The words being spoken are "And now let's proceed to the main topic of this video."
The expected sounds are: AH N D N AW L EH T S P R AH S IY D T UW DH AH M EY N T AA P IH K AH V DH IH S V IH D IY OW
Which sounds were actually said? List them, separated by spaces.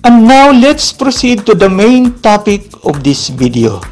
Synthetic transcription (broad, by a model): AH N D N AW L EH T S P R AH S IY D T UW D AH M EY N T AA P IH K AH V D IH S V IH D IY OW